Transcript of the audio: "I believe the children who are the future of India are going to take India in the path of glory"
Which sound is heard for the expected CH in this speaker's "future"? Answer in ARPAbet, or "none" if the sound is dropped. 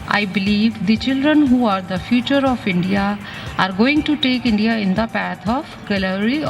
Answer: CH